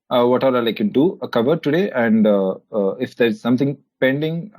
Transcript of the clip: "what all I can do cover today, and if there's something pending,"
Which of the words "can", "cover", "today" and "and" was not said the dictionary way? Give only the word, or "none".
none